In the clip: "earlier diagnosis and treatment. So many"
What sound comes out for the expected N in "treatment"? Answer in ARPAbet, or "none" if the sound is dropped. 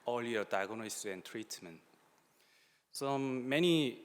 N